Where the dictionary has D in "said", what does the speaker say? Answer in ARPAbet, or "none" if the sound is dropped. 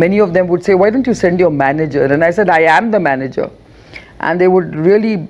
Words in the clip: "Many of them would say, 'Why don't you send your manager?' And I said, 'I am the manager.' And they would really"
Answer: D